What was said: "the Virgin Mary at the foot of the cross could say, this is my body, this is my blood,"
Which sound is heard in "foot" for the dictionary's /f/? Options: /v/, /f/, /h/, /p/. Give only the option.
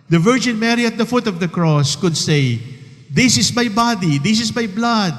/f/